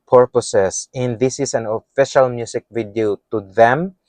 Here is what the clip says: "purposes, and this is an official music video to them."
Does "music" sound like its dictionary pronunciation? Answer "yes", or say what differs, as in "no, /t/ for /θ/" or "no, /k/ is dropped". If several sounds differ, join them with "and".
no, /s/ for /z/